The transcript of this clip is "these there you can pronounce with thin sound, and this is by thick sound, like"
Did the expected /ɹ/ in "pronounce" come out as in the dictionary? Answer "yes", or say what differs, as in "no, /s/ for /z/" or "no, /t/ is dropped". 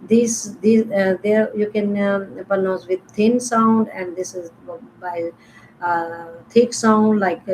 no, /ɹ/ is dropped